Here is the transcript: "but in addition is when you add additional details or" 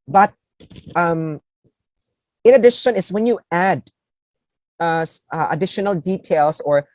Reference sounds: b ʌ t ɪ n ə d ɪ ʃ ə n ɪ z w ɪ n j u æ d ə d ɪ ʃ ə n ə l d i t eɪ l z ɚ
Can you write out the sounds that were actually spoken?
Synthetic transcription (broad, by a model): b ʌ t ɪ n ə d ɪ ʃ ə n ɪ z w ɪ n j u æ d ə d ɪ ʃ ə n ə l d i t eɪ l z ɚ